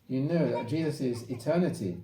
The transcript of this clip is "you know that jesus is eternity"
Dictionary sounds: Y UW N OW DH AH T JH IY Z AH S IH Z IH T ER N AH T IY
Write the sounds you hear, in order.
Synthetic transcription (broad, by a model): Y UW N OW DH AH T JH IY Z AH S IH Z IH T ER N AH T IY